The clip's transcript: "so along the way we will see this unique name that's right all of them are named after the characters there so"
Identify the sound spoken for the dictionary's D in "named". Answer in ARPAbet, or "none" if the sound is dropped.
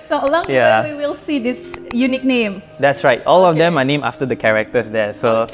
none